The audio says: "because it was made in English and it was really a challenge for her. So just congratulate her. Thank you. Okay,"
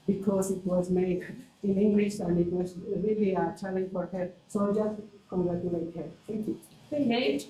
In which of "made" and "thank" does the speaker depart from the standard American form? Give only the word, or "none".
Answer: thank